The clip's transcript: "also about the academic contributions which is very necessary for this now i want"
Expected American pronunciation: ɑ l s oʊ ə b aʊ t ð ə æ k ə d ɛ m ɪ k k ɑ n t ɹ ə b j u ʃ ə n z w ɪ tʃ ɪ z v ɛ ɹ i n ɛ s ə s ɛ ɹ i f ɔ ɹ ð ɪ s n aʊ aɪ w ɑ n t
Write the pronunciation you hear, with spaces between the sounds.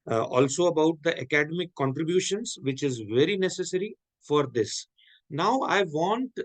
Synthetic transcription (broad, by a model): ɑ l s oʊ ə b aʊ t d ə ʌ k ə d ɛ m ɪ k k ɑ n t ɹ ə b j u ʃ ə n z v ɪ tʃ ɪ z v ɛ ɹ i n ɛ s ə s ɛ ɹ i f ɔ ɹ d ɪ s n aʊ aɪ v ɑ n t